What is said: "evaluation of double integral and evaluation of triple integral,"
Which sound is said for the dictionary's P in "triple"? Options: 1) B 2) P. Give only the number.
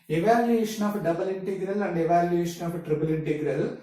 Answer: 1